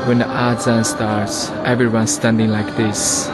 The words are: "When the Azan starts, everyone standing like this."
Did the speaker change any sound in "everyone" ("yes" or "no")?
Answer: no